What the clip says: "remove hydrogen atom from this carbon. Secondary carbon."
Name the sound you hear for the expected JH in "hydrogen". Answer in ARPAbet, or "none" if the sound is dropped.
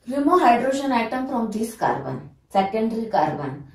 SH